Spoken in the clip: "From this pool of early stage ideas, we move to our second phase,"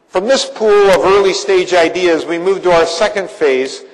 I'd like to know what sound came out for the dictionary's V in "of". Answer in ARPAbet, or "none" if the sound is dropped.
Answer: V